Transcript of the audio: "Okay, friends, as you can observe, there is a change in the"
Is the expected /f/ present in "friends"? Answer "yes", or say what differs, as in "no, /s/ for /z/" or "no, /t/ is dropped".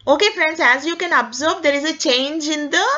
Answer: yes